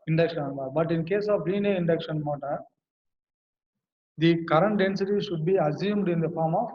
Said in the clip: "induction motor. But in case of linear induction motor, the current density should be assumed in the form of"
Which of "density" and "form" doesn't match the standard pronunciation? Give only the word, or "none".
none